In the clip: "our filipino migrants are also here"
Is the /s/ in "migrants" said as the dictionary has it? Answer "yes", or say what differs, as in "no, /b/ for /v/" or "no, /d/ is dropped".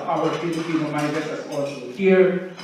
no, /s/ is dropped